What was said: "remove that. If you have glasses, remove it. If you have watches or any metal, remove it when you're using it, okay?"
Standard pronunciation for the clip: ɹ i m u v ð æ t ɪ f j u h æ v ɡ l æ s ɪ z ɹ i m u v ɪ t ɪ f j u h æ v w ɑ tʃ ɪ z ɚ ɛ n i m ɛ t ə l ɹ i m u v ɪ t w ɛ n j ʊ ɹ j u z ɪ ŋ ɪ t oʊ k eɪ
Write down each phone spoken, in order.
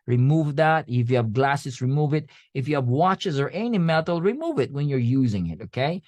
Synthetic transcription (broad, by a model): ɹ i m u v ð æ t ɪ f j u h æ v ɡ l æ s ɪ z ɹ i m u v ɪ t ɪ f j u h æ v w ɑ tʃ ɪ z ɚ ɛ n i m ɛ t l ɹ i m u v ɪ t w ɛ n j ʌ ɹ j u z ɪ ŋ ɪ t oʊ k eɪ